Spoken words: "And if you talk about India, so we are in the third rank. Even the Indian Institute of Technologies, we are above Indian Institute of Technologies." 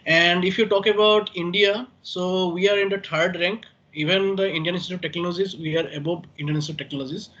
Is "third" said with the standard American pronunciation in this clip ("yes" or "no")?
no